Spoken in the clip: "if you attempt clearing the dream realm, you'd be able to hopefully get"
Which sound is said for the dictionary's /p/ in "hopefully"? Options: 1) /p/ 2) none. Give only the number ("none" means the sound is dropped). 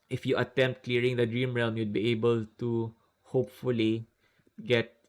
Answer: 1